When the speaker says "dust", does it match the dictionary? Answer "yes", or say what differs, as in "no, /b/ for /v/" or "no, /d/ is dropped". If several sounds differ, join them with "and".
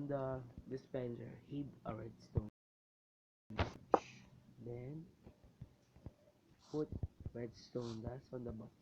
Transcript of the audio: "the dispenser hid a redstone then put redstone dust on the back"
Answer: no, /t/ is dropped